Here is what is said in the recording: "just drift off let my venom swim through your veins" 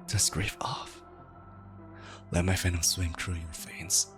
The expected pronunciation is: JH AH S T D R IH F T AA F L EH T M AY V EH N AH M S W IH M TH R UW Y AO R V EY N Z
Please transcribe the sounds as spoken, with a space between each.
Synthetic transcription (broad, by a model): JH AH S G R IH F AA F L EH T M AY F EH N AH S W IH M T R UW Y AO R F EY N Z